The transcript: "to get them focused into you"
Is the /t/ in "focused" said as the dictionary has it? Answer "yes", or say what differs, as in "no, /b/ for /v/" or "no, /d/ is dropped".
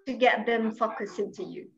no, /t/ is dropped